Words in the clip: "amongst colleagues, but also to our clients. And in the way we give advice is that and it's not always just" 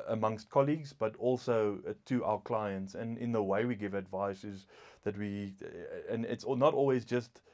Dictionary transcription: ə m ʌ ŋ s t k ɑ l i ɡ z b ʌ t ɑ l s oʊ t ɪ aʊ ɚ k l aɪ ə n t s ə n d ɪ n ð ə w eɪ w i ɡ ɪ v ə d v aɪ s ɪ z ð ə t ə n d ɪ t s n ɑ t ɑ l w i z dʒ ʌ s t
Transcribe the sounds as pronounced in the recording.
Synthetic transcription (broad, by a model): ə m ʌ ŋ s t k ɑ l i ɡ z b ʌ t ɑ l s oʊ t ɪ aʊ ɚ k l aɪ ə n t s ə n ɪ n ð ə w eɪ w i ɡ ɪ v ə d v aɪ s ɪ z ð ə t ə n ɪ t s n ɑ t ɑ l w i z dʒ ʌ s t